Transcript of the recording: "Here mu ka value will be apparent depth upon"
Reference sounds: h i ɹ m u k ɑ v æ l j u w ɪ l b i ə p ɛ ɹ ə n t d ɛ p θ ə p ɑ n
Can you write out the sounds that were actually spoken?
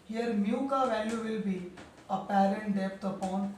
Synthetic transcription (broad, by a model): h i ɹ m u k ɑ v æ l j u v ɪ l b i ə p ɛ ɹ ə n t d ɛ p t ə p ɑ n